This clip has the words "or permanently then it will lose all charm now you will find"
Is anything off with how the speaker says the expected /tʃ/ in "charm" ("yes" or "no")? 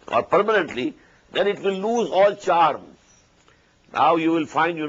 no